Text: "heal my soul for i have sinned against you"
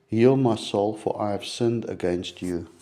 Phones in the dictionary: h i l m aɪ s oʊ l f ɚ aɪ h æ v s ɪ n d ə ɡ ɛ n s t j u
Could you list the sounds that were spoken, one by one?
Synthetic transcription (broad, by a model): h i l m aɪ s oʊ l f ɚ aɪ h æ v s ɪ n d ə ɡ ɛ n s t j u